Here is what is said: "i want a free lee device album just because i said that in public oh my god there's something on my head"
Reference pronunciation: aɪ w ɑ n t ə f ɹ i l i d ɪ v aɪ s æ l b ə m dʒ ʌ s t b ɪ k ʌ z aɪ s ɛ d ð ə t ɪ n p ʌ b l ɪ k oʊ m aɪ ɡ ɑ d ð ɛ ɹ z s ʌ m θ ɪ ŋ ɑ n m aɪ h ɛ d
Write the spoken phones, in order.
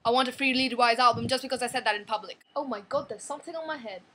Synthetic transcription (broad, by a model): aɪ w ɑ n t ə f ɹ i l i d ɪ w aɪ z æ l b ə m dʒ ʌ s b ɪ k ʌ z aɪ s ɛ d ð ə t ɪ n p ʌ b l ɪ k oʊ m aɪ ɡ ɑ d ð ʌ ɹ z s ʌ m θ ɪ ŋ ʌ n m aɪ h ɛ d